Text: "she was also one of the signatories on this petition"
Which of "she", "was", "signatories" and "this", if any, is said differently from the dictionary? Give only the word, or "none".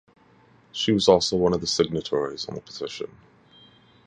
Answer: this